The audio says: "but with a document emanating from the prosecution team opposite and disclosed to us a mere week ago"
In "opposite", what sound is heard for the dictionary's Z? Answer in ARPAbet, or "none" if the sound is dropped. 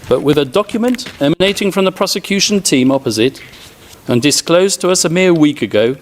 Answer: Z